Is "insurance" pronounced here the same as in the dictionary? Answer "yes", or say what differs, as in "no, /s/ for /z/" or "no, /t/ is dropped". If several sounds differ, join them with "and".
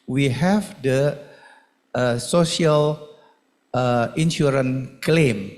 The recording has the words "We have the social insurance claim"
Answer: no, /s/ is dropped